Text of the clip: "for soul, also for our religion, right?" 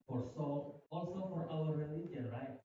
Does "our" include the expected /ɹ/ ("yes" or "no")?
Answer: no